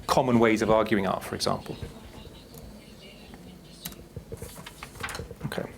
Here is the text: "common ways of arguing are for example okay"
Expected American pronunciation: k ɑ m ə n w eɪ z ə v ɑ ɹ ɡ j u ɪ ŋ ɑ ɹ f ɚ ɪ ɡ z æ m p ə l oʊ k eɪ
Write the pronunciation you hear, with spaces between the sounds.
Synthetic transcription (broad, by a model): k ɑ m ə n w eɪ z ə v ɑ ɡ j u ɪ ŋ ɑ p f ɚ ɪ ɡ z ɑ m p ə l oʊ k eɪ